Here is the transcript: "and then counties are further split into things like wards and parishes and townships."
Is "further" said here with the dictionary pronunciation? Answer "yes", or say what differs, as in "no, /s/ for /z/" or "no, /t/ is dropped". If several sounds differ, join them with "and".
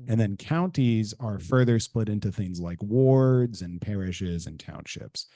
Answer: yes